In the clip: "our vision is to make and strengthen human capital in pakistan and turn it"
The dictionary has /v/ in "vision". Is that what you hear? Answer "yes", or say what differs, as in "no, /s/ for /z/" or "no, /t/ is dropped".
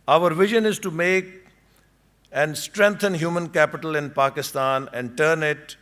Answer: yes